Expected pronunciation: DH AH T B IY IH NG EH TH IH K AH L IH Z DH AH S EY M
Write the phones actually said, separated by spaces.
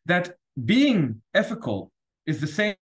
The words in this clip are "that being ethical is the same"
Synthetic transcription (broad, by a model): DH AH T B IY IH NG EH F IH K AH L IH Z DH AH S EY